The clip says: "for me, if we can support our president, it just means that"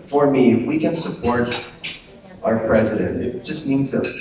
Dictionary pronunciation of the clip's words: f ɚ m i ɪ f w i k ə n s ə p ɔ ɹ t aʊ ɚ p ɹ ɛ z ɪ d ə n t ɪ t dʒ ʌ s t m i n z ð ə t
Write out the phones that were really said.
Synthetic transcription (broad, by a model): f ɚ m i ɪ f w i k ə n s ə p ɔ ɹ t aʊ ɚ p ɹ ɛ z ɪ d ə n t ɪ t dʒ ʌ s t m i n z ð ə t